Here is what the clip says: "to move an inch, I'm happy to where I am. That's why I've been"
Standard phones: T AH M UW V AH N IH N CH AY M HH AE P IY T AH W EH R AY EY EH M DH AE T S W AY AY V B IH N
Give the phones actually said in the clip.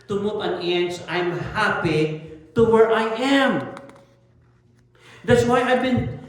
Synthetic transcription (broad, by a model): T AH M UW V AH N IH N S AY M HH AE P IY T AH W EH R AY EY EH M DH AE T S W AY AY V B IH N